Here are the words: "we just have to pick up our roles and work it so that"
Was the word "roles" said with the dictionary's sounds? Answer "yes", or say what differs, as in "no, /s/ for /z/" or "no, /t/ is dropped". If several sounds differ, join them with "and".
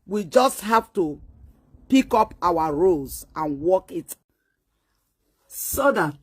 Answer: no, /l/ is dropped